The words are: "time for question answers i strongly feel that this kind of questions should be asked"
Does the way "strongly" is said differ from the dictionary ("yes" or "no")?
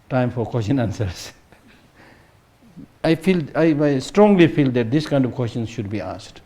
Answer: no